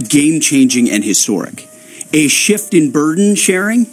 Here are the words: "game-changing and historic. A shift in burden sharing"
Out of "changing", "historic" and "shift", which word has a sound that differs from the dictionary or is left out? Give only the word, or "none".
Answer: none